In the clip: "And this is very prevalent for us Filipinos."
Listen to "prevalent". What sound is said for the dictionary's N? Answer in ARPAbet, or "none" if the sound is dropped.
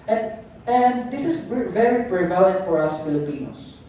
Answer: none